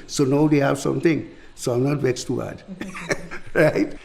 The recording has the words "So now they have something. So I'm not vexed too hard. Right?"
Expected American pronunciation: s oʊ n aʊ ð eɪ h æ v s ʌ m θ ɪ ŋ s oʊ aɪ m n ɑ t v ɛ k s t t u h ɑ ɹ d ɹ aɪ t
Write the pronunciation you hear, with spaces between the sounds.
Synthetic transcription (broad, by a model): s oʊ n aʊ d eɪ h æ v s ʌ m t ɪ ŋ s oʊ aɪ m n ɑ t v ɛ s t t u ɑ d ɹ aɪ t